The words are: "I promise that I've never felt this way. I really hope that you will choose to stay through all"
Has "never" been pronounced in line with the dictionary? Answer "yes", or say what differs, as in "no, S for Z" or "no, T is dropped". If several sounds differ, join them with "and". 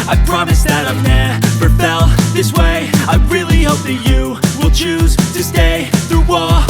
no, P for V